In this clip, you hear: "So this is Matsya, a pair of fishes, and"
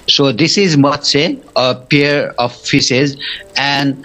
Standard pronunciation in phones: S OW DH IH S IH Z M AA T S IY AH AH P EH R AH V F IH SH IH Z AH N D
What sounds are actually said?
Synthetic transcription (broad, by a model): S OW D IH S IH Z M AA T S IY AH AH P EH R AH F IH S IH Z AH N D